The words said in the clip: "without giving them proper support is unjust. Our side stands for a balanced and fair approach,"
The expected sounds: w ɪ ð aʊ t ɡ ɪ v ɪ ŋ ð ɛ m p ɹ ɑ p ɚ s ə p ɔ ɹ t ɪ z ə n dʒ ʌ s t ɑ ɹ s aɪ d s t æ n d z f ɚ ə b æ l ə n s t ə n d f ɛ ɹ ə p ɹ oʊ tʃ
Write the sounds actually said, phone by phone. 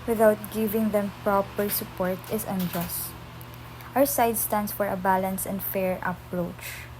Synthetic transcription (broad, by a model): w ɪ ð aʊ t ɡ ɪ v ɪ ŋ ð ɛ m p ɹ ɑ p ɚ s ə p ɔ ɹ t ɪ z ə n dʒ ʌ s t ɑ w s aɪ d s t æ n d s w ɚ ə b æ l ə n s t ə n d f ɛ ɹ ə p ɹ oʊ tʃ